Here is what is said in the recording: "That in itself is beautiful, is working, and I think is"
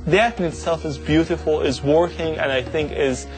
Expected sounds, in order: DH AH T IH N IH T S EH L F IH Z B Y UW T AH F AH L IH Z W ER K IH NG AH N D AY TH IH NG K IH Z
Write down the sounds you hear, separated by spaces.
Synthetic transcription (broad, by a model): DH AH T IH N IH T S EH L F IH Z B Y UW T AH F L IH Z W ER K IH NG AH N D AY TH IH NG K IH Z